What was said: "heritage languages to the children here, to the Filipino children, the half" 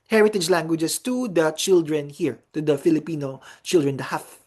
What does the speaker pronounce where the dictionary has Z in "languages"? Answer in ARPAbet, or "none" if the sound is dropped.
S